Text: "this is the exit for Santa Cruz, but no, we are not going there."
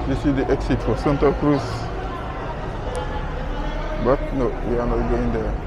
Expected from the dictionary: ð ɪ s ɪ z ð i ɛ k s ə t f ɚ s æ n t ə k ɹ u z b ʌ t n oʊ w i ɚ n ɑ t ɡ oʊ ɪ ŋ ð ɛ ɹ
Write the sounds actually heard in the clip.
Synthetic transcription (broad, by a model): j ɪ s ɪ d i ɛ k s ə t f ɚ s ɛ n t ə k ɹ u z b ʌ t n oʊ w i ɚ n ɑ t ɡ oʊ ɪ ŋ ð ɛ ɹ